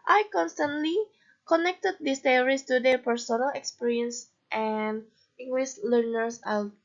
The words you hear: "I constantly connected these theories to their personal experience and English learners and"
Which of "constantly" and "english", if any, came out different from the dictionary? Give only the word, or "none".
english